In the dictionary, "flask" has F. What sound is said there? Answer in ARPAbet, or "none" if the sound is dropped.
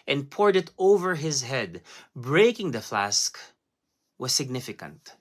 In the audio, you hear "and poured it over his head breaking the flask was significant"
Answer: F